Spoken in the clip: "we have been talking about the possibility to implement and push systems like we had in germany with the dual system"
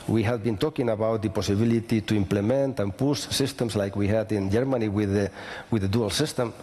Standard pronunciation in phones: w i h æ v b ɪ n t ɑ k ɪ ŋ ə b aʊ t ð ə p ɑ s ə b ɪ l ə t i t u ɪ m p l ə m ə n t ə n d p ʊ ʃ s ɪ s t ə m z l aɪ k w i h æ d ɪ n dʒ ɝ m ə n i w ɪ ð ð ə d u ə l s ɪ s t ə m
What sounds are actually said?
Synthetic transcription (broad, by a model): w i h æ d b ɪ n t ɑ k ɪ ŋ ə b aʊ t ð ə p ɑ s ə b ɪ l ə t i t u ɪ m p l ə m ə n t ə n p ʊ s s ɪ s t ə m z l aɪ k w i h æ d ɪ n dʒ ɝ m ə n i w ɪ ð ð ə d u ə l s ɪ s t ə m